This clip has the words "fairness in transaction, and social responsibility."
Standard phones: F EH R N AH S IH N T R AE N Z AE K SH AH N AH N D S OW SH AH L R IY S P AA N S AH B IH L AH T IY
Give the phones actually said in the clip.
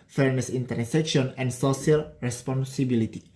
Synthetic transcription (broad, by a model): F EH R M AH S IH N T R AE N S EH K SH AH N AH N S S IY AH L R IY S P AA N S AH B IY L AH T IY